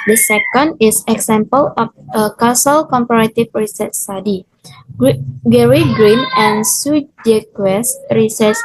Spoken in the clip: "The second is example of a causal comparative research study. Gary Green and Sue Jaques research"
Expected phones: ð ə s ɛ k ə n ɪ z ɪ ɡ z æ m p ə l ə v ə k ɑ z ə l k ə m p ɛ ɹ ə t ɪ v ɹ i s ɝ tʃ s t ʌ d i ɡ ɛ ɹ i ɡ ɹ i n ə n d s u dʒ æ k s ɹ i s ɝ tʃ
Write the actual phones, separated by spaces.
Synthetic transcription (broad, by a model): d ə s ɛ k ə n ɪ s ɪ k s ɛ m p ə l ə f ə k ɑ s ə l k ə m p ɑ ɹ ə t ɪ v ɹ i s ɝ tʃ s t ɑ d i ɡ ɛ ɹ i ɡ ɹ i n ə n s u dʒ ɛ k s ɹ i s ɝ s